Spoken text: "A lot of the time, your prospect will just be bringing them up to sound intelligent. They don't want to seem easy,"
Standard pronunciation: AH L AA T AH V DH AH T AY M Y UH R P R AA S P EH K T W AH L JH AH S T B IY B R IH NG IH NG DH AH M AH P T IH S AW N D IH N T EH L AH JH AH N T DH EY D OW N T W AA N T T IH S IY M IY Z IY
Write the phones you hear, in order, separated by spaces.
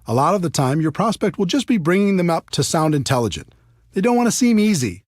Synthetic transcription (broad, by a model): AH L AA T AH V DH AH T AY M Y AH R P R AA S P EH K T W AH L JH AH S B IY B R IH NG IH NG DH AH M AH P T IH S AW N D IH N T EH L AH JH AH N DH EY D OW N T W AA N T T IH S IY M IY Z IY